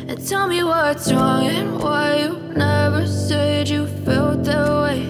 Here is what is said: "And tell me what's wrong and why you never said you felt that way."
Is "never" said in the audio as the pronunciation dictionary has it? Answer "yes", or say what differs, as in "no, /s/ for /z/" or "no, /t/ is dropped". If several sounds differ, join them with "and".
yes